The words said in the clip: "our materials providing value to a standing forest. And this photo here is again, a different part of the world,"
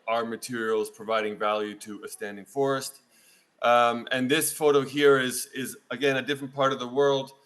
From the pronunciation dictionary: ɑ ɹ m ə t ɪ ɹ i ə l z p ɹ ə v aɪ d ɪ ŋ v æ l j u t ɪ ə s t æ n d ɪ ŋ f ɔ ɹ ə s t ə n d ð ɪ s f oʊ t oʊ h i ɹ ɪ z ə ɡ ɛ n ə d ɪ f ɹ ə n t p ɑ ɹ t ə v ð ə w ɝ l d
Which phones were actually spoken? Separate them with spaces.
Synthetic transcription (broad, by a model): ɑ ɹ m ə t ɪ ɹ i l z p ɹ ə v aɪ d ɪ ŋ v æ l j u t ɪ ə s t æ n d ɪ ŋ f ɔ ɹ ə s t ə n ð ɪ s f oʊ t oʊ h i ɹ ɪ z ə ɡ ɛ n ə d ɪ f ɹ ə n p ɑ ɹ t ə v ð ə w ɝ l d